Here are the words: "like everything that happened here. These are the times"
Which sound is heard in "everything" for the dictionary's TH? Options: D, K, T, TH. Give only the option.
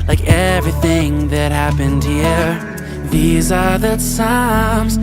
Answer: TH